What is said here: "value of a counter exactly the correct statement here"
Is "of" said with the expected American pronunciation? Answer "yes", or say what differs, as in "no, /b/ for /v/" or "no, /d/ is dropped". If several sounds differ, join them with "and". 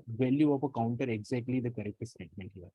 no, /p/ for /v/